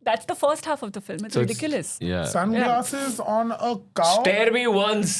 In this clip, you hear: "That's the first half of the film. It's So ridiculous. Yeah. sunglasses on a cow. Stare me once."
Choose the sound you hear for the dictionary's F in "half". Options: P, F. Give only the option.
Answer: F